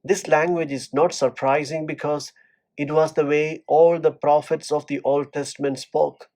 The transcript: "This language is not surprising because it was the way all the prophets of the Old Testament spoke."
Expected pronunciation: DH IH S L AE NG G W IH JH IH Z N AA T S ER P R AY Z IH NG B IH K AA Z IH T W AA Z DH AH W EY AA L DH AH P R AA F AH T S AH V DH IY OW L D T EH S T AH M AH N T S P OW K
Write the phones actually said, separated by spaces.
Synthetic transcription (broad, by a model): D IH S L AE NG G W IH JH IH Z N AA T S ER P R AY Z IH NG B IH K AA Z IH T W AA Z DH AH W EY AA L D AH P R AA F AH T S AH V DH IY OW L D T EH S T AH M AH N T S P OW K